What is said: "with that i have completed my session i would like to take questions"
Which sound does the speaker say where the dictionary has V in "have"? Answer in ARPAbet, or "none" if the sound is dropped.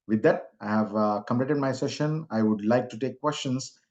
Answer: V